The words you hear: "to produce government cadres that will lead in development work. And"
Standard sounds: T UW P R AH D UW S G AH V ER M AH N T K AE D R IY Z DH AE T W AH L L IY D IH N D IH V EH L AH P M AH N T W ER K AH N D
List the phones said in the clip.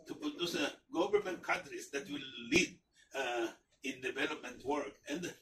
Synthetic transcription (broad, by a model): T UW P AH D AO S G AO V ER M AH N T K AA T R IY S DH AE T W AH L L IY D IH N D IH V EH L AH P M AH N T W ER K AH N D